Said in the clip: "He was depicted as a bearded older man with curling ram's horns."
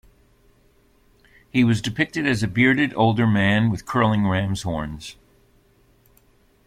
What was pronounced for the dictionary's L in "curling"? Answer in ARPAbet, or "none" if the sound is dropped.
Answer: L